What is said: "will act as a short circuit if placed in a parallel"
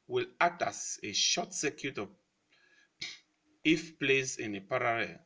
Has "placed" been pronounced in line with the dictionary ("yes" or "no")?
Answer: no